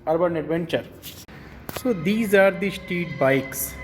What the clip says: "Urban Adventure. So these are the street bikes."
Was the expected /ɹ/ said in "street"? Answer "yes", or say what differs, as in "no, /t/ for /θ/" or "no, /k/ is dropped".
no, /ɹ/ is dropped